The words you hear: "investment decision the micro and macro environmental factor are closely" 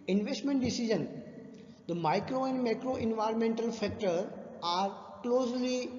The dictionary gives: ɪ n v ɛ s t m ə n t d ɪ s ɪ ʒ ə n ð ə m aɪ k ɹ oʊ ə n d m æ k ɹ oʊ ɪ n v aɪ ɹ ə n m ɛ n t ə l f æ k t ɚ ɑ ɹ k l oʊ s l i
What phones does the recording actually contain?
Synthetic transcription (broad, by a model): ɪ n v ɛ s t m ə n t d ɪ s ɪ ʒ ə n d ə m aɪ k ɹ oʊ ə n d m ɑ k ɹ oʊ ɪ n v aɪ ɹ ə n m ɛ n t ə l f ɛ k t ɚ ɑ ɹ k l oʊ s l i